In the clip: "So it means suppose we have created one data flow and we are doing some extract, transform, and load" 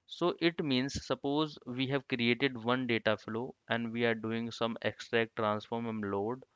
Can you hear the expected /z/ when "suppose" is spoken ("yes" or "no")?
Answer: yes